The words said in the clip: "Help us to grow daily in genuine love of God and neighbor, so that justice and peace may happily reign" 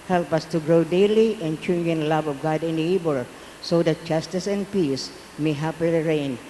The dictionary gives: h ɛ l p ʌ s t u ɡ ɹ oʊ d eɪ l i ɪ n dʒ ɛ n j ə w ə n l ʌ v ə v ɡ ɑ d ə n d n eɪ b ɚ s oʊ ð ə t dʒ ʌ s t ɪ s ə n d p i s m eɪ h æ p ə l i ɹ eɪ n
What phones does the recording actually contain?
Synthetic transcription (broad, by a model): h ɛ l p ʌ s t u ɡ ɹ oʊ d eɪ l i ɪ n tʃ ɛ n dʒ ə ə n l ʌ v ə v ɡ ɑ d ə n d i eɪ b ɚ s oʊ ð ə t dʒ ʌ s t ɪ s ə n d p i s m eɪ h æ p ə l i ɹ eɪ n